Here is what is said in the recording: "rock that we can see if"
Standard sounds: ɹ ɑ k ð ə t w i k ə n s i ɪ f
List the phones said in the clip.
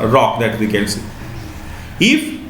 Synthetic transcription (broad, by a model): ɹ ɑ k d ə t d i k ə l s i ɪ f